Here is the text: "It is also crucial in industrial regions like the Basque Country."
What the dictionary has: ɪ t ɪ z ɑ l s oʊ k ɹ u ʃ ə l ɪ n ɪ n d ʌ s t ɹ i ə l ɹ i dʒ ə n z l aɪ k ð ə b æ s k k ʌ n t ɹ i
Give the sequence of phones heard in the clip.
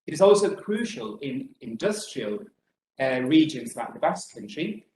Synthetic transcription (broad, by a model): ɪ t ɪ z ɑ l s oʊ k ɹ u ʃ ə l ɪ n ɪ n d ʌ s t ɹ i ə l ɹ i dʒ ə n z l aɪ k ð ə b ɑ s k k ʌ n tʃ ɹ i